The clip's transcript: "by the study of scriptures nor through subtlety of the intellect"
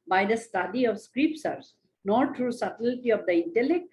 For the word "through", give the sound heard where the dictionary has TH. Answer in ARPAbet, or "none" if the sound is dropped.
T